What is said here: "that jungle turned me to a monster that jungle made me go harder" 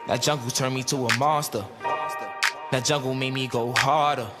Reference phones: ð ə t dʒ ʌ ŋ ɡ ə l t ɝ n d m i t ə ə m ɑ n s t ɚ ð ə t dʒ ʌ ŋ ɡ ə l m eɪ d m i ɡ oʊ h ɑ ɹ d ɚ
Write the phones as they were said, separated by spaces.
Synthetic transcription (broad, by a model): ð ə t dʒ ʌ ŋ ɡ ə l t ɝ n m i t ə ə m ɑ s t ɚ ð ə t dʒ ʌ ŋ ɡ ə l m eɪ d m i ɡ oʊ h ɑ ɹ d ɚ